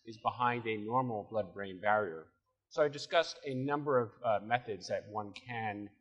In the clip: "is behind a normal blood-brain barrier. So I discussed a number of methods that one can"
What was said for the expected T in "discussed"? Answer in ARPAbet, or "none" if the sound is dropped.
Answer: T